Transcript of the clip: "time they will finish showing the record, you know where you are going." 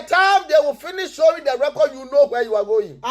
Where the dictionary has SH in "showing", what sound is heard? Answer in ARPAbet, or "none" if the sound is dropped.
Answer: S